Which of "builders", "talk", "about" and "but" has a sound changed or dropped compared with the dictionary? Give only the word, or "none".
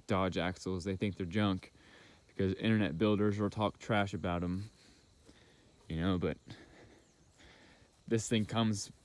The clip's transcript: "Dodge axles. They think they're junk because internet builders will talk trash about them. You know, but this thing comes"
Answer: none